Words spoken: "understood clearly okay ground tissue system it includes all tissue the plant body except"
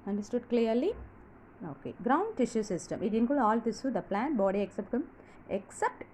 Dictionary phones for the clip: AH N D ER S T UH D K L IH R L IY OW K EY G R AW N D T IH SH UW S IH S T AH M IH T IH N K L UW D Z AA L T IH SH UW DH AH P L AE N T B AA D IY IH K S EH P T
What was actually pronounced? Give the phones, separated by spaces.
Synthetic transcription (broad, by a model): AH N D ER S T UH D K L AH R L IY OW K EY G R AW N D T IH SH UW S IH S T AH M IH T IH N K UW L AA L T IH S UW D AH P L AE N T B AA D IY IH K S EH P T